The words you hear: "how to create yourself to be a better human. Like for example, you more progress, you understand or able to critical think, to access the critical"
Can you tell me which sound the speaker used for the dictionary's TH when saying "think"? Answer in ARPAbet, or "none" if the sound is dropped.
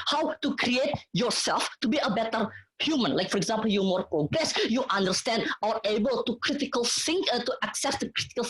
S